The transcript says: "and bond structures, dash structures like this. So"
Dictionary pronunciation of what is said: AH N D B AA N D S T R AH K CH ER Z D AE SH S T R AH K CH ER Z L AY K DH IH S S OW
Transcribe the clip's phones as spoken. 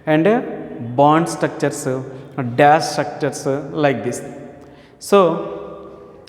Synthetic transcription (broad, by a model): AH N D B AA N D S T R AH K CH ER S D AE S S T R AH K CH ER S L AY K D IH S S OW